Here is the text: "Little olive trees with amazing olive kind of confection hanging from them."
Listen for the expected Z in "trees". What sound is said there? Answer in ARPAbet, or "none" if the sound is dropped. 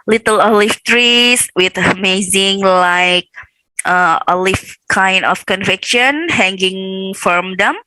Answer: S